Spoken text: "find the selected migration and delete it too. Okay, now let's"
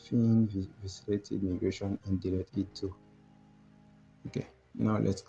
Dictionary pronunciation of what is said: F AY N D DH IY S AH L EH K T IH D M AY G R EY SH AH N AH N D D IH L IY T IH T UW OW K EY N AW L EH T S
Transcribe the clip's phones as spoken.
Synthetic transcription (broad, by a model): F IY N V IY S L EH T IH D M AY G R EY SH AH N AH N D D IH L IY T IH T UW OW K EY N AW L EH T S